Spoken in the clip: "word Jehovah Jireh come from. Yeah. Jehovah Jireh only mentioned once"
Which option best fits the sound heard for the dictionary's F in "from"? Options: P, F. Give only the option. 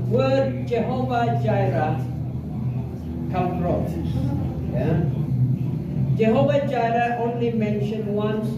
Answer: P